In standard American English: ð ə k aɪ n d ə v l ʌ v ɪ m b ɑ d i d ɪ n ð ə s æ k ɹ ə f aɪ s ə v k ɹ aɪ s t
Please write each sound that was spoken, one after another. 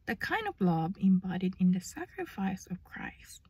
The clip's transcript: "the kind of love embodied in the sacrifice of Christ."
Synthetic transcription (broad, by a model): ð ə k aɪ n d ə v l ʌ b ɪ m b ɑ d i d ɪ n ð ə s æ k ɹ ə f aɪ s ə v k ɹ aɪ s t